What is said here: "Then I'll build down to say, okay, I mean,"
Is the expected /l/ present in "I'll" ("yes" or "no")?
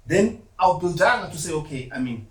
no